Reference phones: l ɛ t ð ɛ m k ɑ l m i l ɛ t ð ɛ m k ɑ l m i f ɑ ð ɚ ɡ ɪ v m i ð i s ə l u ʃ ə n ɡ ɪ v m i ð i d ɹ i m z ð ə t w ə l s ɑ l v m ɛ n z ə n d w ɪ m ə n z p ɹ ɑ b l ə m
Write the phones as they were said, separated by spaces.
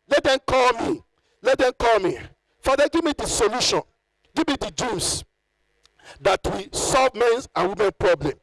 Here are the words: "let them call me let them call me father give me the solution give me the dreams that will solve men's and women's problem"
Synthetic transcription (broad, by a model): l ɛ t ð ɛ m k ɑ l m i l ɛ t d ɛ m k ɑ l m i f ɑ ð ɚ ɡ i v m i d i s ə l u ʃ ə n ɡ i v m i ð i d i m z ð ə t w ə s ɑ l v m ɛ n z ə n w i m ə n p ɹ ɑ b l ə m